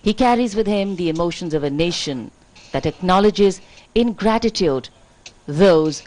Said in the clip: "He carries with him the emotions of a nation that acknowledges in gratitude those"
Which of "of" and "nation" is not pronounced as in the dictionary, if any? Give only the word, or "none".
none